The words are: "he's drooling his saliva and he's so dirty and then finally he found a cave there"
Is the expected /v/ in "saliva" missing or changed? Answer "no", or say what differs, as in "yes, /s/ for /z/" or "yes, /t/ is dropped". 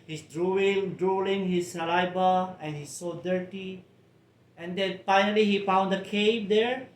yes, /b/ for /v/